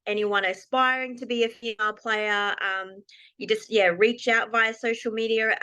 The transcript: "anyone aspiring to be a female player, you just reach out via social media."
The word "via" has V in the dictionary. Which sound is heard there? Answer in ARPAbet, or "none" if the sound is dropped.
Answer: V